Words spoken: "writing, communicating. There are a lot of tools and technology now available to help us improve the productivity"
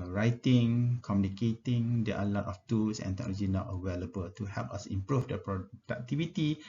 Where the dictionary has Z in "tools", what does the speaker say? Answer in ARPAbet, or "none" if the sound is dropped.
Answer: S